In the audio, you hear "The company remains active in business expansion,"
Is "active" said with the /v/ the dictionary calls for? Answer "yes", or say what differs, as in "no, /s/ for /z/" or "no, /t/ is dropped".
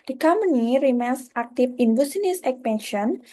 no, /f/ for /v/